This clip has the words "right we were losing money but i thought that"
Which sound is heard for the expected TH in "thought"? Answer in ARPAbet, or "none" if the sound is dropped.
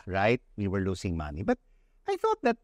TH